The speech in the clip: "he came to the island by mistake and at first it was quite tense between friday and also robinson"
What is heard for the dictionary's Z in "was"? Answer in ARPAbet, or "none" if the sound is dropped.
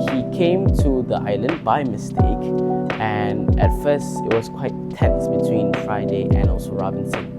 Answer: S